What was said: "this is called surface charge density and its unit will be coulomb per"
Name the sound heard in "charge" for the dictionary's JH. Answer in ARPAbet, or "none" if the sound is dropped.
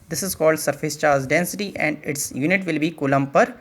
Z